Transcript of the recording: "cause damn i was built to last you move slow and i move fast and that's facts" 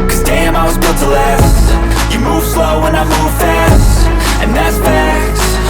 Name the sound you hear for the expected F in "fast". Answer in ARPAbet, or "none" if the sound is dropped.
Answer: F